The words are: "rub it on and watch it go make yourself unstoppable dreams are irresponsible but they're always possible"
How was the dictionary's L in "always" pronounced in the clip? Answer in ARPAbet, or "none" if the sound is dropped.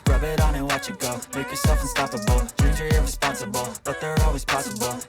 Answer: L